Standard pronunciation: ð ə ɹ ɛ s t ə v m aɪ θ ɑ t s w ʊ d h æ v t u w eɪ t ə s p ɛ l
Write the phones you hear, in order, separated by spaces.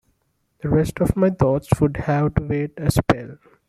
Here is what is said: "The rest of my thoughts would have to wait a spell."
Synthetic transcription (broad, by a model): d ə ɹ ɛ s t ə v m aɪ t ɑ t s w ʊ d h æ v t u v eɪ t ə s p ɛ l